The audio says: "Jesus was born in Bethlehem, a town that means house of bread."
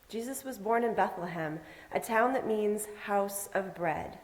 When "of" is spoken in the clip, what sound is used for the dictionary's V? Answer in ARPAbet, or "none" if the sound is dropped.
V